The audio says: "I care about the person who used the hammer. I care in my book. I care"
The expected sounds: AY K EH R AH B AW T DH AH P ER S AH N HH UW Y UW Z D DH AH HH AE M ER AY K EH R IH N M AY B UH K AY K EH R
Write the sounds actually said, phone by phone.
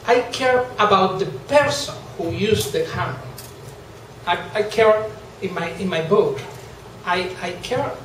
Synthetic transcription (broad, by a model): AY K EH R AH B AW T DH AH P ER S AH N HH UW Y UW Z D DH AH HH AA AA AY K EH R IH N M AY B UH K AY K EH R